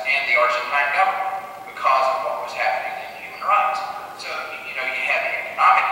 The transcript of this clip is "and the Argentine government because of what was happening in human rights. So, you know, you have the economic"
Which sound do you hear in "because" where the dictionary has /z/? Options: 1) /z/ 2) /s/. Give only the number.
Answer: 1